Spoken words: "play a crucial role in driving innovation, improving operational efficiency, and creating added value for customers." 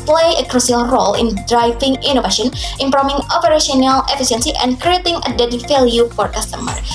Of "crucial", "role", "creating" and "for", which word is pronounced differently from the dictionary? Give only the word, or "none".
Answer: crucial